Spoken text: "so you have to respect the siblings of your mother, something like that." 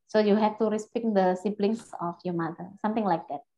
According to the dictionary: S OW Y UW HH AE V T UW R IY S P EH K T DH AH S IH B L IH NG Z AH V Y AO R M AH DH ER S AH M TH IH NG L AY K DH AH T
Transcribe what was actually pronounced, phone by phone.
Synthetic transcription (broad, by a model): S OW Y UW HH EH F T UW R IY S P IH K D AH S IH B L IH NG S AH F Y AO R M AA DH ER S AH M T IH NG L AY K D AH T